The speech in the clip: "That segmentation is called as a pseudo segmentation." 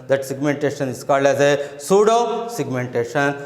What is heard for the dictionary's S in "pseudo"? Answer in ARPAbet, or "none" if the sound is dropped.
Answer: S